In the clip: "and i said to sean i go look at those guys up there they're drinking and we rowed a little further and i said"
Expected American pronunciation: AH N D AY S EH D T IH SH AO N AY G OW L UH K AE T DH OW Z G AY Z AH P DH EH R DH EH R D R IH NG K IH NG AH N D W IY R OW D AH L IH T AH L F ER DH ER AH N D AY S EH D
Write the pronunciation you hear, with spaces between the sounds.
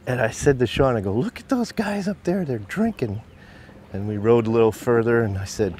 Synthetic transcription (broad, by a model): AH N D AY S EH D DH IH SH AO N AY G OW L UH K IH T DH OW Z G AY Z AH P DH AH R DH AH R D R IH NG K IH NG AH N W IY R OW D AH L IH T L F ER DH ER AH N AY S EH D